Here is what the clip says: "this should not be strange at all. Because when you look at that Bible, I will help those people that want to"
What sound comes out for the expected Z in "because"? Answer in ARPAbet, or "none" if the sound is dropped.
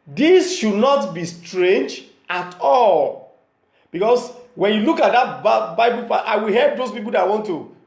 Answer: S